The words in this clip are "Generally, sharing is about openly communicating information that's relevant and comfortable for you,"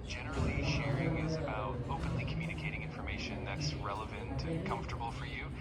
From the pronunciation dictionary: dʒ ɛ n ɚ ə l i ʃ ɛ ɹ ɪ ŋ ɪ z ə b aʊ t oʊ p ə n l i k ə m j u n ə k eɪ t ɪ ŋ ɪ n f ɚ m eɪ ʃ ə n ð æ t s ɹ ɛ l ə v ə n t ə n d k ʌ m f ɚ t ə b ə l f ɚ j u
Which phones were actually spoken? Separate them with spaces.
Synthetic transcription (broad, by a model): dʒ ɛ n ɚ l i ʃ ɛ ɹ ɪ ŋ ɪ z ə b aʊ t oʊ p ə n l i k m j u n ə k eɪ t ɪ ŋ ɪ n f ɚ m eɪ ʃ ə n ð æ t s ɹ ɛ l ə v ə n t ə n k ʌ m f t ə b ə l f ɚ j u